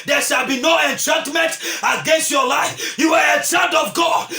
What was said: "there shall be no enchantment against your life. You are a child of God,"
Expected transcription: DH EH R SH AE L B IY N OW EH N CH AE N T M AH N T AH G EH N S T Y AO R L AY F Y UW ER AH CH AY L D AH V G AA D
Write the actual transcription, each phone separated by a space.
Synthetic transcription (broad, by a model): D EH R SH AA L B IY N OW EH N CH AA N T M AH N T AH G EH N S T Y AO L AY F Y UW ER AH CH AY N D AH V G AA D